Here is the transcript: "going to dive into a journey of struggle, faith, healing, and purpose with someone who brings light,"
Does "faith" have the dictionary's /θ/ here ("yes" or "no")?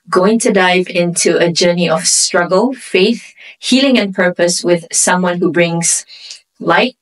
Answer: yes